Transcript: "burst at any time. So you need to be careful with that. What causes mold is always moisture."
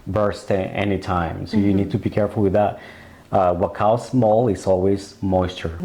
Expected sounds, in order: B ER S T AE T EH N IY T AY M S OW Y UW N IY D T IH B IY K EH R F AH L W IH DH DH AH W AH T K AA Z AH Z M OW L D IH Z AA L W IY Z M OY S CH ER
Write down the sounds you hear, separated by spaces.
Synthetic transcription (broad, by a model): B ER S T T EH N IY T AY M S OW Y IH N IY D T IH B IY K EH R F L W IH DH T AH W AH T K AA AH S M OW L IH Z AA L W IY Z M OY S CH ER